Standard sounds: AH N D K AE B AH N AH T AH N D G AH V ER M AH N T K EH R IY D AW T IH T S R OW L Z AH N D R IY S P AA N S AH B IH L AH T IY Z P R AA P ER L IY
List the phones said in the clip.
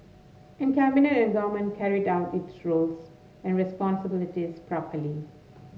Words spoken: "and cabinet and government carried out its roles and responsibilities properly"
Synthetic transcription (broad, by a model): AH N K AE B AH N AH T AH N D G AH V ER M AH N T K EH R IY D AW T IH T S R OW L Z AH N D R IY S P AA N S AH B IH L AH T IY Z P R AA P ER L IY